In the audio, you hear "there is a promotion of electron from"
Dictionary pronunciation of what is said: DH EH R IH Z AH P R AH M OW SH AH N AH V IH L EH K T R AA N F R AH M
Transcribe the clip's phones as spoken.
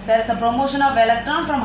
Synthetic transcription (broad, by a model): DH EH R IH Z AH P R AH M OW SH AH N AH V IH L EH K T AA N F R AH M